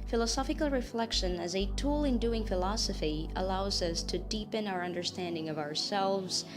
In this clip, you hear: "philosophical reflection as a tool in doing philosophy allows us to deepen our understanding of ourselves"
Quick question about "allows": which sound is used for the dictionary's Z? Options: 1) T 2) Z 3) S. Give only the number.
2